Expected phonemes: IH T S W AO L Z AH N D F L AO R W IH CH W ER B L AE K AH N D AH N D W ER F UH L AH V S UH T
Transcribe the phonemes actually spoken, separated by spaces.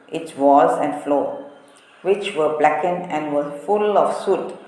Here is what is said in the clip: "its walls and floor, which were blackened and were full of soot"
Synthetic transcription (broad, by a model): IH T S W AO Z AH N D F L AO W IH CH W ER B L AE K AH N AH N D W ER F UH L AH F S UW T